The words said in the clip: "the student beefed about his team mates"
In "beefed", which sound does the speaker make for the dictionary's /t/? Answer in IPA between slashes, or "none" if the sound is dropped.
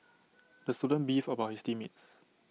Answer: none